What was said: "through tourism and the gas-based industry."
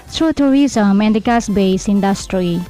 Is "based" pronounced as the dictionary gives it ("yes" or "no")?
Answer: no